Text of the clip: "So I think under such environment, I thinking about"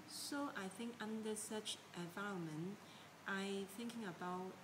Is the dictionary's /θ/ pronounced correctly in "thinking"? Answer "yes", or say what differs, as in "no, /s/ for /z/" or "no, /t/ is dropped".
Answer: yes